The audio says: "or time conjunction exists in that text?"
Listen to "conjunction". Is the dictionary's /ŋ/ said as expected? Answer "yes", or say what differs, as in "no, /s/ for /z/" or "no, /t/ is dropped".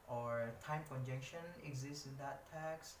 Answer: no, /ŋ/ is dropped